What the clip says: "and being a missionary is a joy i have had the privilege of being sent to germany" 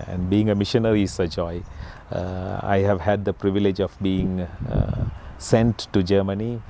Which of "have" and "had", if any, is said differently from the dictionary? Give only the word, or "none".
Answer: none